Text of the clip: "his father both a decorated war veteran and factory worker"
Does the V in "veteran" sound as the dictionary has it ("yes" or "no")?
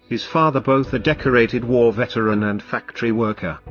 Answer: yes